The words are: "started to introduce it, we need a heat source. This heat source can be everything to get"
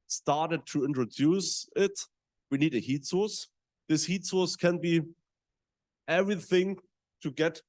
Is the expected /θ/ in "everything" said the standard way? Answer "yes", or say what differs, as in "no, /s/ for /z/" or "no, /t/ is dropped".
yes